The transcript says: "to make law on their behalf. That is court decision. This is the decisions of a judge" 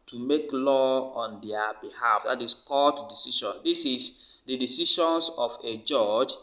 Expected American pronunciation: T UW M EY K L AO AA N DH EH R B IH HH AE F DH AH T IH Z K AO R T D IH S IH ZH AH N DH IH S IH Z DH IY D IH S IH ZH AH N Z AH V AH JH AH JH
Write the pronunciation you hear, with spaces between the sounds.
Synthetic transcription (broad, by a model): T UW M EY K L AO AA N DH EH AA B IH HH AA F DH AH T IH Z K AO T D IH S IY SH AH N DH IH S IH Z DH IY D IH S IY SH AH N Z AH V AH JH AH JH